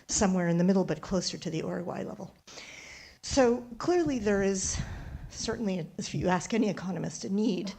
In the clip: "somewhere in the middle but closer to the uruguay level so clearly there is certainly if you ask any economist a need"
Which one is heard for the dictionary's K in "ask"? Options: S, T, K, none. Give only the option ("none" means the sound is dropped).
K